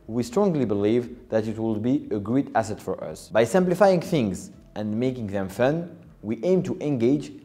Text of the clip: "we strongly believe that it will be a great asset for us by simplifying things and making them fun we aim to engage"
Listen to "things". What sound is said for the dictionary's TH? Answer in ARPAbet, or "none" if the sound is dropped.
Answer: TH